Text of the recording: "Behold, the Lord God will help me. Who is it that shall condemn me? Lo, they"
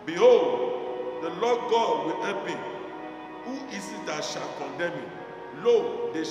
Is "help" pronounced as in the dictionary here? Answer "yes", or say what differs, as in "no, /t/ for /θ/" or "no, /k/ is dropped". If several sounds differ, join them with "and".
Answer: no, /l/ is dropped